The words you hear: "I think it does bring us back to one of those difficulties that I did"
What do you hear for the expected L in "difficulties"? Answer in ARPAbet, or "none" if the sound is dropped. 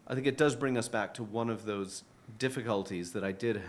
L